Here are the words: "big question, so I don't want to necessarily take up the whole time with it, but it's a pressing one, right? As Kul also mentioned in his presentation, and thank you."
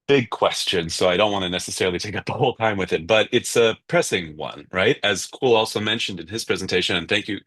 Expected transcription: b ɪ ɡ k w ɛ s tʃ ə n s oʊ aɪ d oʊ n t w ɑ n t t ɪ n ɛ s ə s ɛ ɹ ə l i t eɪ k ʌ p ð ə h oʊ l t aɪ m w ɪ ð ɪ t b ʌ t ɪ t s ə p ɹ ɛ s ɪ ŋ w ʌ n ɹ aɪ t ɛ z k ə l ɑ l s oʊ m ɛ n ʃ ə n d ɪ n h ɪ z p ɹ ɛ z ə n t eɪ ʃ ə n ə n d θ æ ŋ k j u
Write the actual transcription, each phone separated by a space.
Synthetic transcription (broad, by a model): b ɪ ɡ k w ɛ s tʃ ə n s oʊ aɪ d oʊ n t w ɑ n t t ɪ n ɛ s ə s ɛ ɹ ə l i t eɪ k ʌ p ð ə h oʊ l t aɪ m w ɪ ð ɪ t b ʌ t ɪ t s ə p ɹ ɛ s ɪ ŋ w ʌ n ɹ aɪ t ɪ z k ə l ɑ l s oʊ m ɛ n ʃ ə n d ɪ n ɪ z p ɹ ɛ z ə n t eɪ ʃ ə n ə n θ æ ŋ k j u